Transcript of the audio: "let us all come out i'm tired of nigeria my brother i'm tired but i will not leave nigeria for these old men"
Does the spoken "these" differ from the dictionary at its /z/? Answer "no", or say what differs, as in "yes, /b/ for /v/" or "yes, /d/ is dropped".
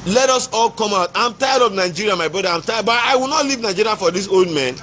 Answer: yes, /s/ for /z/